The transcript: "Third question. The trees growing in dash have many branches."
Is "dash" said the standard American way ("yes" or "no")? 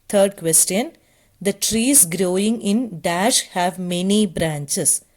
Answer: yes